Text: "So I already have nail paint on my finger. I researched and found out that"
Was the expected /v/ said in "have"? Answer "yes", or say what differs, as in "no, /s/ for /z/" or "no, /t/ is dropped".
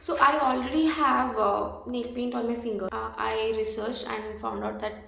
yes